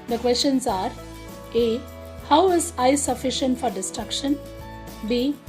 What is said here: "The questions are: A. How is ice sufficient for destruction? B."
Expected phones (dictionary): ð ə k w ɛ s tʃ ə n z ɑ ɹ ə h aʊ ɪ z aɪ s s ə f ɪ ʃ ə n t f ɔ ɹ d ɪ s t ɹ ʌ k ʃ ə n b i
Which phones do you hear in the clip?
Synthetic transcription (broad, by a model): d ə k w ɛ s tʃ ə n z ɑ ɹ ə h aʊ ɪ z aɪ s s ə f ɪ ʃ ə n t f ɔ ɹ d ɪ s t ɹ ʌ k ʃ ə n b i